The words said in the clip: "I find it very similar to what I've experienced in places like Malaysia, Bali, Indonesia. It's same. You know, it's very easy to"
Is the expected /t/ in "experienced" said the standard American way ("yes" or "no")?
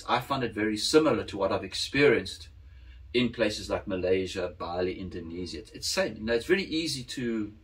yes